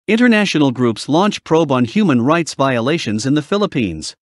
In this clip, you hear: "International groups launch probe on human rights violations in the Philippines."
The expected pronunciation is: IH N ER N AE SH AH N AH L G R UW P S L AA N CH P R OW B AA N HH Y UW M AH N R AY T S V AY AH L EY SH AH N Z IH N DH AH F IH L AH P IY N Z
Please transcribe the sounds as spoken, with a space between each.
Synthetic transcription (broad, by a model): IH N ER N AE SH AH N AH L G R UW P S L AA N CH P R OW B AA N HH Y UW M AH N R AY T S V AY AH L EY SH AH N Z IH N DH AH F IH L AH P IY N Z